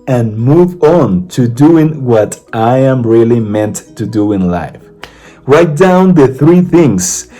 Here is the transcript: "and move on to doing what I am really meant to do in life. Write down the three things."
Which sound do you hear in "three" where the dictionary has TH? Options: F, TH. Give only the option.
TH